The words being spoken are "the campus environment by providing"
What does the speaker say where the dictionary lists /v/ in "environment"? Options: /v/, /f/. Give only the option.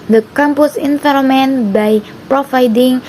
/f/